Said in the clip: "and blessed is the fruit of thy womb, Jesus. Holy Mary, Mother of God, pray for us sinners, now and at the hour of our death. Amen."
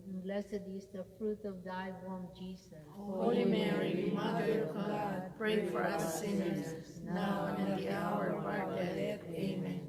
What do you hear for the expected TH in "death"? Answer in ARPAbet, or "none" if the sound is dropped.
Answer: S